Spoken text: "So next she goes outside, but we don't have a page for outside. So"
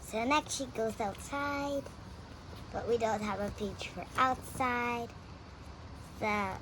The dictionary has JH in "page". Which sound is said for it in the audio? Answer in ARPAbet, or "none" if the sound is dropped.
CH